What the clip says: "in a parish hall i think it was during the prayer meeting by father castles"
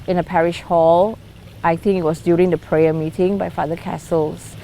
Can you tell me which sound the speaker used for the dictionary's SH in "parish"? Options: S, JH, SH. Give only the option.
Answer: SH